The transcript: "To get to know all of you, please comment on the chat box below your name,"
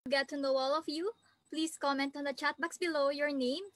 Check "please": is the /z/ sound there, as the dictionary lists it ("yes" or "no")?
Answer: no